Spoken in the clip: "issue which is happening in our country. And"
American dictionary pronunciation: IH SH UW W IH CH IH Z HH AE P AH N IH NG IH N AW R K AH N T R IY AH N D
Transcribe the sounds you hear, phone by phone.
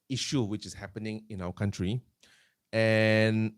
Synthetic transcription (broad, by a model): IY SH UW W IH CH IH S HH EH P AH N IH NG IH N AW W K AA N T R IY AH N